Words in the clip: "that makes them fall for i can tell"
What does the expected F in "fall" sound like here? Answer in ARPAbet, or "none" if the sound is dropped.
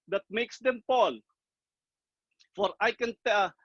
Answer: P